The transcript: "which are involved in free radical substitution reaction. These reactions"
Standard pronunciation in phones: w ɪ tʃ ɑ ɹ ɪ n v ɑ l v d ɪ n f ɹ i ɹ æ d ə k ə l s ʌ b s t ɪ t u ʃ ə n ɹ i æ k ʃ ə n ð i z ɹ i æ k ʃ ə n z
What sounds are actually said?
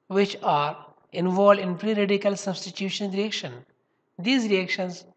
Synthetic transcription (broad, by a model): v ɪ tʃ ɑ ɹ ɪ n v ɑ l d ɪ n p ɹ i ɹ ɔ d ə k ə l s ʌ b s t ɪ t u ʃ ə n ɹ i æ k ʃ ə n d i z ɹ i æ k ʃ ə n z